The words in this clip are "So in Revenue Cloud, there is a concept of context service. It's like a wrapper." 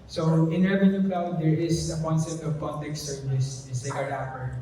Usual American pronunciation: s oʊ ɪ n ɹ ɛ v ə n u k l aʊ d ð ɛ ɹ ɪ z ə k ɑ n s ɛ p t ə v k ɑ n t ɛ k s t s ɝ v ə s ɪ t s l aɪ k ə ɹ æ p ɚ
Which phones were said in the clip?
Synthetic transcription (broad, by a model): s oʊ ɪ n ɹ ɛ v ə n u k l aʊ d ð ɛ ɹ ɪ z ə k ɑ n s ɛ p t ə v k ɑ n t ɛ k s s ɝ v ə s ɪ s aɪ ə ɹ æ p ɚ